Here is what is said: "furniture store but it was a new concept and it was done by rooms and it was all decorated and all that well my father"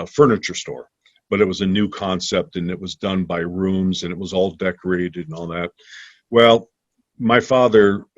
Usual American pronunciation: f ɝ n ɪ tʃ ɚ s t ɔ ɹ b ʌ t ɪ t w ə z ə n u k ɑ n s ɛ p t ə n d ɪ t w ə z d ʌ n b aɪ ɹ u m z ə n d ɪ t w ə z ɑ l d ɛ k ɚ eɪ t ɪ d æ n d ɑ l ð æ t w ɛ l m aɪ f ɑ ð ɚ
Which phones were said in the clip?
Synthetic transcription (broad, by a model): f ɝ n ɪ tʃ ɚ s t ɔ ɹ b ʌ t ɪ t w ə z ə n u k ɑ n s ɛ p t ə n ɪ t w ə z d ʌ n b aɪ ɹ u m z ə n ɪ t w ə z ɑ l d ɛ k ɚ eɪ t ɪ d n ɑ l ð æ t w ɛ l m aɪ f ɑ ð ɚ